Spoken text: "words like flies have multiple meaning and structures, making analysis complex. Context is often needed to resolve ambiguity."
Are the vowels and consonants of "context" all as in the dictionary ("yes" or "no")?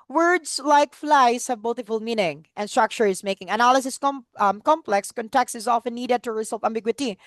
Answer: yes